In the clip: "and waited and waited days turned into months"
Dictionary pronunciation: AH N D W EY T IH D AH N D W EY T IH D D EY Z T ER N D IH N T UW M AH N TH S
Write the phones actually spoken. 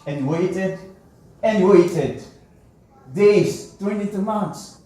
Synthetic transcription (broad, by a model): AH N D W EY T IH D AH N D W EY T IH D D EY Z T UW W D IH T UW M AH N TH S